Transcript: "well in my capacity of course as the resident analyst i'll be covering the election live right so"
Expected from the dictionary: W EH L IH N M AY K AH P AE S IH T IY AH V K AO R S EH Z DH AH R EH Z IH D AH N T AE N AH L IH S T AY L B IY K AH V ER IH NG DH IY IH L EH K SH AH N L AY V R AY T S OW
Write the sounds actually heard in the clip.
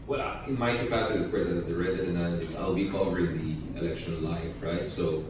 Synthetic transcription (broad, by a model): W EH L IH N M AY K AH P AE S IH T IY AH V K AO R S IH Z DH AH R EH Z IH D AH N AE L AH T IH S AY L B IY K AH V ER IH NG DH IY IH L EH K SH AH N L AY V R AY T S OW